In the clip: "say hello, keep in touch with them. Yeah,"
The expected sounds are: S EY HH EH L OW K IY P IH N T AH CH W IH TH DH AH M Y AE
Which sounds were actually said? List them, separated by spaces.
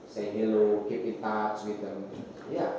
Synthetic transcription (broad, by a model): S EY HH EH L OW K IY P IH N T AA S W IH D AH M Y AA